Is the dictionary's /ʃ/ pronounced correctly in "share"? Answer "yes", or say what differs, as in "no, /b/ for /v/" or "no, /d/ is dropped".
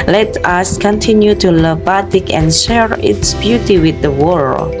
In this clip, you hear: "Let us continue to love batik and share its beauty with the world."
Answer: yes